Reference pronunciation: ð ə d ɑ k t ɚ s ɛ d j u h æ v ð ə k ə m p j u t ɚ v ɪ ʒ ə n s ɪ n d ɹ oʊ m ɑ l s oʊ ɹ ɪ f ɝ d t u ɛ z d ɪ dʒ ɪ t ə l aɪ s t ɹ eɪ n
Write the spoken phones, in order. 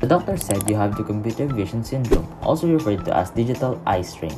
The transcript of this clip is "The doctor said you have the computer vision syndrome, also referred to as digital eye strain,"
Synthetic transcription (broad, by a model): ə d ɑ k t ɚ s ɛ d j u h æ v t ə k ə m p j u t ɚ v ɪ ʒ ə n s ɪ n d ɹ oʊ m ɑ l s oʊ ɹ ɪ f ɝ d t u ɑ s d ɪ dʒ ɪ t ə l aɪ s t ɹ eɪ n